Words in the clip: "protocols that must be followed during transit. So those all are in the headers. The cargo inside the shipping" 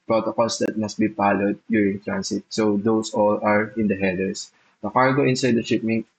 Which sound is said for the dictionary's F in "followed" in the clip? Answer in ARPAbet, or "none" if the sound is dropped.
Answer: P